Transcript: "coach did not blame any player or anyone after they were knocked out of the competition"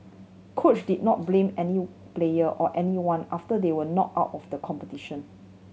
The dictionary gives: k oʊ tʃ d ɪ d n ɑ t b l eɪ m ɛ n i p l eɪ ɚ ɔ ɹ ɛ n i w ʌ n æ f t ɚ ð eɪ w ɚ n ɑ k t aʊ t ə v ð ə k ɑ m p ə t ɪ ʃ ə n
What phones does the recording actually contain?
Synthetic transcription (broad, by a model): k oʊ tʃ d ɪ d n ɑ t b l eɪ m ɛ n i p l eɪ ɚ ɔ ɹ ɛ n i w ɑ n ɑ f t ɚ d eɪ w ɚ n ɑ t aʊ t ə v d ə k ɑ m p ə t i ʃ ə n